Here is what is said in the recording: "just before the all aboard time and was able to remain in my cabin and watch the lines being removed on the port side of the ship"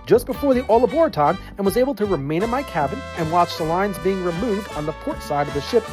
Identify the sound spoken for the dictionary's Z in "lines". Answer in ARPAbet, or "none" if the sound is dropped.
Z